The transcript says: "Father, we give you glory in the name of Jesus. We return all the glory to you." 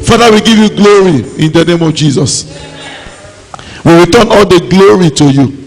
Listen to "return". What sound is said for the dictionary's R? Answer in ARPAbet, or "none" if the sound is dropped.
W